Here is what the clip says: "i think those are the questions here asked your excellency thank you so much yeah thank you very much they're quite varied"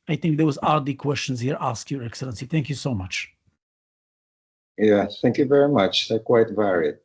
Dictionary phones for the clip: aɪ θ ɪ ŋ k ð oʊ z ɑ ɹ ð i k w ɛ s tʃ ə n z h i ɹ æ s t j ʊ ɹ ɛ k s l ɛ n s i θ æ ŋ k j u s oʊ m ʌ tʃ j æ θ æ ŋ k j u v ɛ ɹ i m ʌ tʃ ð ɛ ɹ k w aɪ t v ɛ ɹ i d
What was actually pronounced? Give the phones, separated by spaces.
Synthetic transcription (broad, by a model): aɪ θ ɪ ŋ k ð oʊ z ɑ ɹ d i k w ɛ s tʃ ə n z h i ɹ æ s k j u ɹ ɛ k s l ɛ n s i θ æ ŋ k j u s oʊ m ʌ tʃ j æ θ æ ŋ k j u v ɛ ɹ i m ʌ tʃ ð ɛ k w aɪ t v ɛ ɹ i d